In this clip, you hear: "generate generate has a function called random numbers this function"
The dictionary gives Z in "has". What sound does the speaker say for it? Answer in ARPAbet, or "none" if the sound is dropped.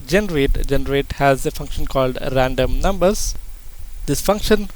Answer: Z